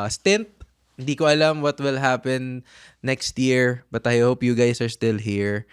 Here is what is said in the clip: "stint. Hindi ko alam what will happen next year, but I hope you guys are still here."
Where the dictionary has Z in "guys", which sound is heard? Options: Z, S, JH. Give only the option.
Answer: S